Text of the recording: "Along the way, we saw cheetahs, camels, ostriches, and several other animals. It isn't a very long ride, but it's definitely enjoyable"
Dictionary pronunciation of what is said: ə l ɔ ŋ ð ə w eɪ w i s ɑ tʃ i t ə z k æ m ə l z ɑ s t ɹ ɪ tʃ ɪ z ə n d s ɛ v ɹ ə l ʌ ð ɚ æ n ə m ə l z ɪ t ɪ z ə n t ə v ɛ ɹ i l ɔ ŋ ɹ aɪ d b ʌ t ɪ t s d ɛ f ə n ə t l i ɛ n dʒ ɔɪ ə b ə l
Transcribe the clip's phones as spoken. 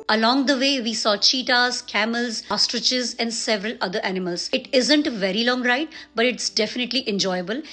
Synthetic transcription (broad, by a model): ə l ɔ ŋ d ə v eɪ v i s ɑ tʃ i t ə z k æ m ə l z ɑ s t ɹ ɪ tʃ ɪ z ə n d s ɛ v ɹ ə l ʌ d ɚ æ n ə m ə l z ɪ t ɪ z ə n t v ɛ ɹ i l ɔ ŋ ɹ aɪ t b ʌ t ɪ t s d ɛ f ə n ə t l i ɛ n dʒ ɔɪ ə b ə l